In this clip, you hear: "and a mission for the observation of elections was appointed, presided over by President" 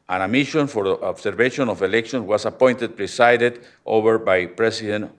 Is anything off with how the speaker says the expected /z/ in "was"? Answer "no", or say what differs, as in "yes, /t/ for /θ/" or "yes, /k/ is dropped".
yes, /s/ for /z/